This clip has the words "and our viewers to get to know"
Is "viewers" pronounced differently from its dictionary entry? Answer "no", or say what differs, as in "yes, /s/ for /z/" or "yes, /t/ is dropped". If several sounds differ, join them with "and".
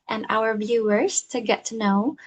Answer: no